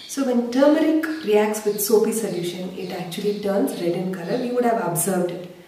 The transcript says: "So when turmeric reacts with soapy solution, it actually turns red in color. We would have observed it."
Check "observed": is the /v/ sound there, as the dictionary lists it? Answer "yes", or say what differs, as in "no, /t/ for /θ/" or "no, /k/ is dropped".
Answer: yes